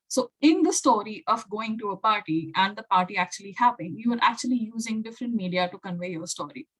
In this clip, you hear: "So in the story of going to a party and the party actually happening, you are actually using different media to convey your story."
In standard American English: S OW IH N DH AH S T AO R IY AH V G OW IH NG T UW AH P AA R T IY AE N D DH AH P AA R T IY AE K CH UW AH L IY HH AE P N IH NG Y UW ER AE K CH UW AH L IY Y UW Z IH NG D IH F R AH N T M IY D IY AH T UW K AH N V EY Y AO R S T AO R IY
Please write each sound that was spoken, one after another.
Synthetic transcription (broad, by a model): S OW IH N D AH S T AO R IY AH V G OW IH NG T UW AH P AA R T IY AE N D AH P AA R T IY AE K CH UW AH L IY HH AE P IH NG Y UW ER AE K CH UW AH L IY Y UW Z IH NG D IH F R AH N T M IY D IY AH T UW K AH N V EY Y AO R S T AO R IY